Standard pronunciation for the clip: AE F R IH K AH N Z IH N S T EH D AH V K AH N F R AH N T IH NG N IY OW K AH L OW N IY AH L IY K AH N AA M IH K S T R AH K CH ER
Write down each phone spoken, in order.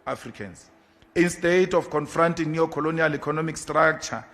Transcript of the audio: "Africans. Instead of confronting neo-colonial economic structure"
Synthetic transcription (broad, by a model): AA F R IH K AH N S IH N S T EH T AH F K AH N F R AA N T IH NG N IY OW K AH L OW N IY AH L IY K AH N AA M IH K S T R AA K CH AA